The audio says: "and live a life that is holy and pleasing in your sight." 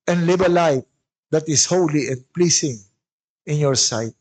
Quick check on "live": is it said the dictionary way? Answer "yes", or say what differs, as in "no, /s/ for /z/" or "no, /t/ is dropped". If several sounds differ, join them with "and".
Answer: no, /b/ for /v/